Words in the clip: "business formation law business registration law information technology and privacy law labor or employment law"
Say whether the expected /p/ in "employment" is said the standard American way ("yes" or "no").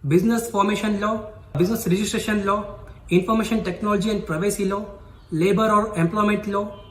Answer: yes